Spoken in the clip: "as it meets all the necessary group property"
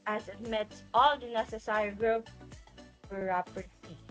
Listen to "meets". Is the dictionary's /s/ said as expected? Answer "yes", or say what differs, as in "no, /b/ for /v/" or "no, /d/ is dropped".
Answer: no, /s/ is dropped